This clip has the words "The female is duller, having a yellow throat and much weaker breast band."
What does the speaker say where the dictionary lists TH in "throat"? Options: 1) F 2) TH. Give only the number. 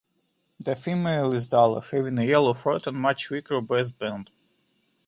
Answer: 1